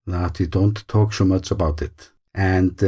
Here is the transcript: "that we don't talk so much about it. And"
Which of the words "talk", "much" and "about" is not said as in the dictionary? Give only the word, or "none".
none